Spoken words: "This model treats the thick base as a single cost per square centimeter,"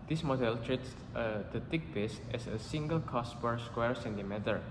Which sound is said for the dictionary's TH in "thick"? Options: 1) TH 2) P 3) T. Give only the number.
3